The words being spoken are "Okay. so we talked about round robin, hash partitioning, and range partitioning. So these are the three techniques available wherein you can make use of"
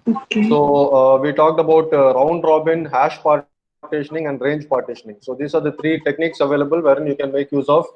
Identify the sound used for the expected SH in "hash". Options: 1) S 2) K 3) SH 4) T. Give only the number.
3